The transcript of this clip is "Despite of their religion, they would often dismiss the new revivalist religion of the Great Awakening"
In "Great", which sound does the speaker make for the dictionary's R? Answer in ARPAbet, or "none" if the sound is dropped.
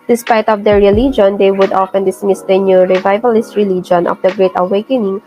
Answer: R